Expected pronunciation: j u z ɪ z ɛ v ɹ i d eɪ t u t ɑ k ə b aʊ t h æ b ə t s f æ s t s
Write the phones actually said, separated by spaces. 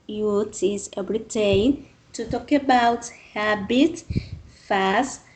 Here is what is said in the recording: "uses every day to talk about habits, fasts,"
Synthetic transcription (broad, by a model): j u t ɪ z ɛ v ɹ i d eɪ t u t ɑ k ə b aʊ t h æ b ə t f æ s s